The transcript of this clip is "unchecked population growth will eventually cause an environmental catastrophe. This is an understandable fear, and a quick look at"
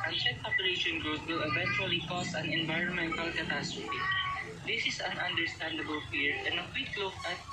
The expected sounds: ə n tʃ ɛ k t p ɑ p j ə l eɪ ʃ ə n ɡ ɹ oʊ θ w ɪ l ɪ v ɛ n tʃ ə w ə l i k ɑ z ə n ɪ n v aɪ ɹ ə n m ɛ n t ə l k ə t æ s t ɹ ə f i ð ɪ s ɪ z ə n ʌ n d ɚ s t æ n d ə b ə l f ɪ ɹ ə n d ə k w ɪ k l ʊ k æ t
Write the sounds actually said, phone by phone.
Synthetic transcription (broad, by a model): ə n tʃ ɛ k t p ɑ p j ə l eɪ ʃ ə n ɡ ɹ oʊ t w ɪ l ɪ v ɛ n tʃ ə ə l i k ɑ s ə n ɪ n v aɪ ɹ ə n m ɛ n t ə l k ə t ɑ s t ɹ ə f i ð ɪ s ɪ s ə n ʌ n d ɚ s t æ n d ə b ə l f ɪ ɹ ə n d ə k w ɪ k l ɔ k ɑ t